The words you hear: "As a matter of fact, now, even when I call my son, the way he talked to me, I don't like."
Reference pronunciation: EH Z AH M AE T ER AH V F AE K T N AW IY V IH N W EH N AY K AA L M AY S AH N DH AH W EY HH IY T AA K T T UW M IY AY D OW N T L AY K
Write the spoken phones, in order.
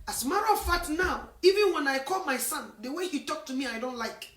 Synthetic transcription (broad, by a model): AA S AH M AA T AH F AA T N AW IY V IH N W EH N AY K AA L M AY S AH N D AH W EY HH IY T AA K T T UW M IY AY D OW N T L AY K